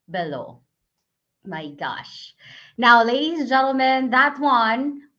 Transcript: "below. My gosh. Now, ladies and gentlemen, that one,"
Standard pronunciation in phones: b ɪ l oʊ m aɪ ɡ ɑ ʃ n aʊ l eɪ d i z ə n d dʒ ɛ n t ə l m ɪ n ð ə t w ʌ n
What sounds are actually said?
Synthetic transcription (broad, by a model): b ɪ l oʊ m aɪ ɡ ɑ ʃ n aʊ l eɪ d i z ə n dʒ ɛ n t l m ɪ n ð ə t w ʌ n